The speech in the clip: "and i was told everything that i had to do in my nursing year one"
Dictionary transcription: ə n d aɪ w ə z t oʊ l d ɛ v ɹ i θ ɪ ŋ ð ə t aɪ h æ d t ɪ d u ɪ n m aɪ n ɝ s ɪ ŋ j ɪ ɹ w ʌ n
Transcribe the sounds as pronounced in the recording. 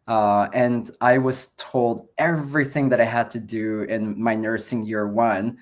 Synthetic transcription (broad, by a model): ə n aɪ w ə z t oʊ l d ɛ v ɹ i θ ɪ ŋ ð ə t aɪ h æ d t ɪ d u ɪ n m aɪ n ɝ s ɪ ŋ j ɪ ɹ w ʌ n